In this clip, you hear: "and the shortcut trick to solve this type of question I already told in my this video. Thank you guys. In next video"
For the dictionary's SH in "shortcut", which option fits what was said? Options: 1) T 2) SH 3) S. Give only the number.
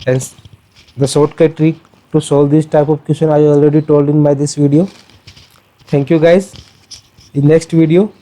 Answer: 3